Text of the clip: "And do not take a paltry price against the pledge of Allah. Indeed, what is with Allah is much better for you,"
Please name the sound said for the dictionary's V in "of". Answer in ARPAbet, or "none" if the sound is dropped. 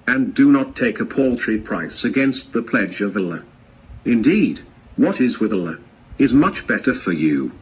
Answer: V